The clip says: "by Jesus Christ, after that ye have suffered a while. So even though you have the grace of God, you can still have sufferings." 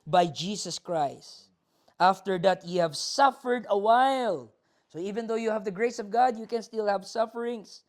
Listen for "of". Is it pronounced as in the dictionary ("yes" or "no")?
yes